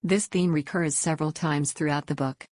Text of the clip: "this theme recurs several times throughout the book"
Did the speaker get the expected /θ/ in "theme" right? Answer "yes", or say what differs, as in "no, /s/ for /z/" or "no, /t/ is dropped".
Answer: yes